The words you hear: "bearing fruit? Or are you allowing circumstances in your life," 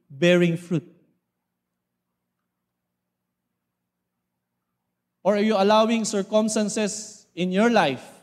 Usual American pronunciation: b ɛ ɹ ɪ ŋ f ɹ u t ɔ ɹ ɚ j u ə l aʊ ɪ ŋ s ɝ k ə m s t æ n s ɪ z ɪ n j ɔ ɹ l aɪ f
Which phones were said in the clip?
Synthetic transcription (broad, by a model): b ɛ ɹ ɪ ŋ f ɹ u t ɔ ɹ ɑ j u ə l aʊ ɪ ŋ s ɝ k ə m s t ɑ n s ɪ s ɪ n j ɔ ɹ l aɪ f